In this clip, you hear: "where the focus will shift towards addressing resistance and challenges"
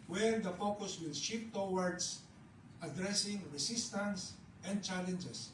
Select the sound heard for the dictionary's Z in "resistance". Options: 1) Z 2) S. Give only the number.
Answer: 2